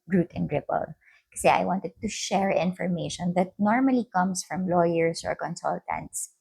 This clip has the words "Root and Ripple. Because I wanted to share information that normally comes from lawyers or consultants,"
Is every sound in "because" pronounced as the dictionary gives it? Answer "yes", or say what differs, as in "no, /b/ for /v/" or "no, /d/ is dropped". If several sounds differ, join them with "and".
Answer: no, /z/ is dropped